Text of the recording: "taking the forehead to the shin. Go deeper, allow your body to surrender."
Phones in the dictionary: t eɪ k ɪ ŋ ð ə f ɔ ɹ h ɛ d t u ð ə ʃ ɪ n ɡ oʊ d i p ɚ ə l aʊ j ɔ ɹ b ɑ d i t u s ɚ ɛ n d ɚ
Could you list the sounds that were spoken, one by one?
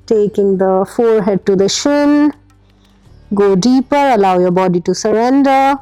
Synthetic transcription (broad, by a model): t eɪ k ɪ ŋ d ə f ɔ ɹ h ɛ d t u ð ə ʃ ɪ n ɡ oʊ d i p ɚ ə l aʊ j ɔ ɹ b ɑ d i t u s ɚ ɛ n d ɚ